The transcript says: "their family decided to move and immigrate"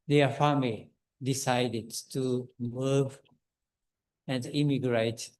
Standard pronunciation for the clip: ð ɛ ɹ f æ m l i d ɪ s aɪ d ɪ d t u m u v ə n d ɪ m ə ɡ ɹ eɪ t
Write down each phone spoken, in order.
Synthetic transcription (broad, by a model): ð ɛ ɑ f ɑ m i d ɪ s aɪ d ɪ d t u m u v ə n d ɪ m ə ɡ ɹ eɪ t